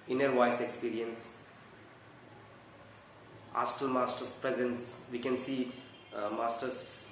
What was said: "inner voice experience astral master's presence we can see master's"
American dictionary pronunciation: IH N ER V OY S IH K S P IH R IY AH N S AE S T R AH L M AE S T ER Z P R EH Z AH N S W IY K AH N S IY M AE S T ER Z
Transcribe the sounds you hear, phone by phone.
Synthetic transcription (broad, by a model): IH N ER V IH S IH K S P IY R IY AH N S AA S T AH L M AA S T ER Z P R EH Z AH N S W IY K AH N S IY M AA S T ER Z